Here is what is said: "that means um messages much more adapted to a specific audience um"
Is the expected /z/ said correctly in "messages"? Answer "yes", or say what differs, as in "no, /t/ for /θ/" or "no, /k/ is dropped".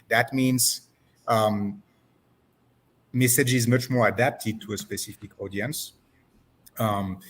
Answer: yes